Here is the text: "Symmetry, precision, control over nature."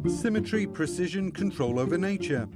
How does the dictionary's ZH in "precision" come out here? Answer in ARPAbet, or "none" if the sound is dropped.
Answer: ZH